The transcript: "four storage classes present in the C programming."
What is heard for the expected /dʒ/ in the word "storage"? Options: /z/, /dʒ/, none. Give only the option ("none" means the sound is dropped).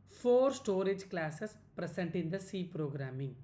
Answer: /dʒ/